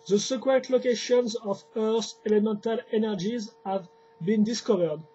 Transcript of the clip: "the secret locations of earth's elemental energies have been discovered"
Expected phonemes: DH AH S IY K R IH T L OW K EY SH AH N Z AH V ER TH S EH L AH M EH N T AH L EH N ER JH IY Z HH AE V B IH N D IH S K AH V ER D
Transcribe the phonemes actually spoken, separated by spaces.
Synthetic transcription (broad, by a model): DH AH S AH K W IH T L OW K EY SH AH N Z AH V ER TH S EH L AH M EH N T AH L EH N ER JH IY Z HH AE V B IH N D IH S K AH V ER D